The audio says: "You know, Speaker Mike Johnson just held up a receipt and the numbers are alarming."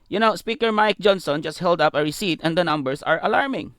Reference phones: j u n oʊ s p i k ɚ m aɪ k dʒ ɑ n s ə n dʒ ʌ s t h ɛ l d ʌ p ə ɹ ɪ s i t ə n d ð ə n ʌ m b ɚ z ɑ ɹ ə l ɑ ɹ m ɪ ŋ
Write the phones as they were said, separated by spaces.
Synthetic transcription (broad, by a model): j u n oʊ s p i k ɚ m aɪ k dʒ ɑ n s ə n dʒ ʌ s t h ɛ l d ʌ p ə ɹ ɪ s i t ə n d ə n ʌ m b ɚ s ɑ ɹ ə l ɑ ɹ m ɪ ŋ